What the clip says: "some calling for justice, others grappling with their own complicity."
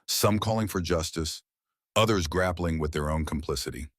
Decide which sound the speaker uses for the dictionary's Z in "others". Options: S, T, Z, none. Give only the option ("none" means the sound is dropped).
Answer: Z